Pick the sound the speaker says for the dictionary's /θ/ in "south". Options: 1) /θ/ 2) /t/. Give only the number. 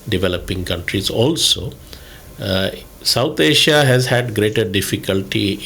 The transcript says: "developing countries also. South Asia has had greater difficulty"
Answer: 2